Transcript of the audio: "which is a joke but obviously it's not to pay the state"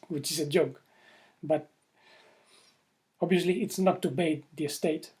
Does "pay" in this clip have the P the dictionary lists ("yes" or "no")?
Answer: no